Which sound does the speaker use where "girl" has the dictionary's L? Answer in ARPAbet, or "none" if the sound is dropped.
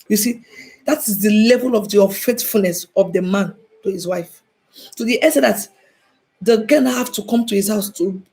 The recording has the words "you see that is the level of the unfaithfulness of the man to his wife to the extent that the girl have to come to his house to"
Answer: N